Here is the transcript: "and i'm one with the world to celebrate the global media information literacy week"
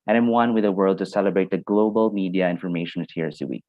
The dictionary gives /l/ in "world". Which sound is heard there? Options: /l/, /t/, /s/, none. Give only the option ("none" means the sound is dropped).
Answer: /l/